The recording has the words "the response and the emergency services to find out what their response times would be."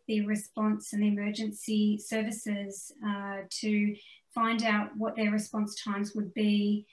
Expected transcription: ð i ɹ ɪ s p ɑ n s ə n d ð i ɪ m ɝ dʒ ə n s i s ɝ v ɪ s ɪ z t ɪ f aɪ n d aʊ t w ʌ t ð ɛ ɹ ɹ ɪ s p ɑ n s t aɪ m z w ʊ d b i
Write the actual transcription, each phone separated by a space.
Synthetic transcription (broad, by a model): ð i ɹ ɪ s p ɑ n s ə n ð i ɪ m ɝ dʒ ə n s i s ɝ v ɪ s ɪ z t ɪ f aɪ n d aʊ t w ʌ t ð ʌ ɹ ɹ ɪ s p ɑ n s t aɪ m z w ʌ d b i